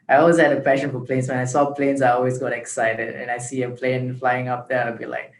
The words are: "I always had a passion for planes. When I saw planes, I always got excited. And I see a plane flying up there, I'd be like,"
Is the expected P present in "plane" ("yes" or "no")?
yes